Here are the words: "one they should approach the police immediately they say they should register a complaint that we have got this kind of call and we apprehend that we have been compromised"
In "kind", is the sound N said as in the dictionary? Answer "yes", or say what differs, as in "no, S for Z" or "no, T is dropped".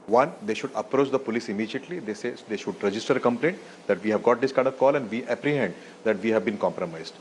no, N is dropped